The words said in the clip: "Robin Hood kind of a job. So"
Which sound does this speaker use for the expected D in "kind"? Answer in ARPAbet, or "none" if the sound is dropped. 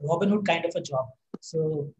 D